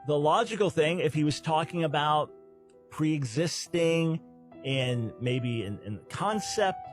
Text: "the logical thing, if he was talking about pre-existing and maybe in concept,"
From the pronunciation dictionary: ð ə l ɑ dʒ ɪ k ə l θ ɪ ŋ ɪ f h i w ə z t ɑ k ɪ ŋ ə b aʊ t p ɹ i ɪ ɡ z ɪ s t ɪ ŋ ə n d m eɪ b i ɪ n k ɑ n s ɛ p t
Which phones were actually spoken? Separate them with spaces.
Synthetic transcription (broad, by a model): ð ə l ɑ dʒ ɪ k l θ ɪ ŋ ɪ f h i w ə z t ɑ k ɪ ŋ ə b aʊ t p ɹ i ɪ ɡ z ɪ s t ɪ ŋ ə n m eɪ b i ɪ n k ɑ n s ɛ p t